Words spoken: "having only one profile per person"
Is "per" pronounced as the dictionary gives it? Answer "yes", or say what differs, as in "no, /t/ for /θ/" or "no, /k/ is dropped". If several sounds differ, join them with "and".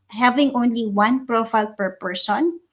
yes